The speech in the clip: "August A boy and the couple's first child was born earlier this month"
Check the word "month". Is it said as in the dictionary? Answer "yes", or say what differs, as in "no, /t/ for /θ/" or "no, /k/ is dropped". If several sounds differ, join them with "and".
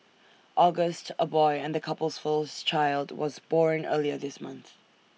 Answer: yes